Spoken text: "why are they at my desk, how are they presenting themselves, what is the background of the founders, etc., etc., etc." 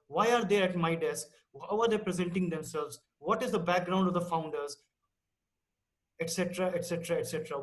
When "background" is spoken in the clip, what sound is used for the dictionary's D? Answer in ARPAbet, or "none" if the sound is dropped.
D